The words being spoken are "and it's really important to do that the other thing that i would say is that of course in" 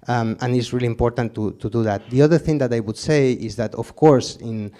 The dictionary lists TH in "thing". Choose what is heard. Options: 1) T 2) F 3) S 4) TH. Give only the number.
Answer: 4